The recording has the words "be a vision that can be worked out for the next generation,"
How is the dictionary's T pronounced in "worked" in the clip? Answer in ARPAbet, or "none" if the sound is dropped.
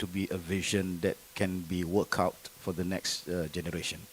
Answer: none